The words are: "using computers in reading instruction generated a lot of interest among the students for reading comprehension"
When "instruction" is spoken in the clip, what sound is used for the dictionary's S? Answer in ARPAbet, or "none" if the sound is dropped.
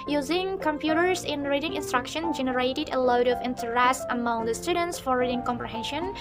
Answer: S